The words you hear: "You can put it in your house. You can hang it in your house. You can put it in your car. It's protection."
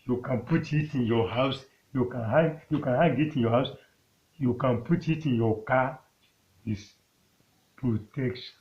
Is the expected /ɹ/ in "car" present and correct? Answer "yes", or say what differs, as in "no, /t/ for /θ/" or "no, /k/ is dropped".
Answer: no, /w/ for /ɹ/